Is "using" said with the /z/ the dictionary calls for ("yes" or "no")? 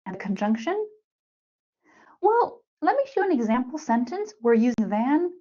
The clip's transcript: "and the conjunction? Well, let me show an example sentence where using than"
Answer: yes